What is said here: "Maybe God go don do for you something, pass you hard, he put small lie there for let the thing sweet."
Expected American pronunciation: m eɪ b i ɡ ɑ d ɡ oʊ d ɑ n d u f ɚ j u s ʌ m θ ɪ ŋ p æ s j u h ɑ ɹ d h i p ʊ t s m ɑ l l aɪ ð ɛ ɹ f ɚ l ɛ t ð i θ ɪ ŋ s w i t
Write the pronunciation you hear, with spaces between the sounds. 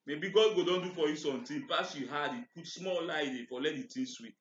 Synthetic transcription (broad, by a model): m eɪ b i ɡ ɑ d ɡ oʊ d ɑ n d u f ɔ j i s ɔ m t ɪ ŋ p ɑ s j u h ɑ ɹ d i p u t s m ɑ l l aɪ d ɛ f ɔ l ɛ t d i t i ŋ s w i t